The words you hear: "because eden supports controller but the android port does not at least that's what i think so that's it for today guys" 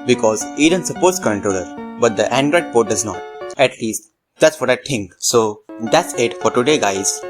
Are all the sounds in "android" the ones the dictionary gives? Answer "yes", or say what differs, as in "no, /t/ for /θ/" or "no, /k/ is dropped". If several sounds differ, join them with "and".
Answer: yes